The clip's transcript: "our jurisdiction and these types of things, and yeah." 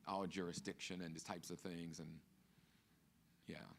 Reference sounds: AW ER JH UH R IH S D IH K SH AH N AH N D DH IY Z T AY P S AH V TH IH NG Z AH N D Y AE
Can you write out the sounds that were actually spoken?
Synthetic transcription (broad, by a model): AW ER JH UH R IH S D IH K SH AH N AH N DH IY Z T AY P S AH V TH IH NG Z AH N Y AE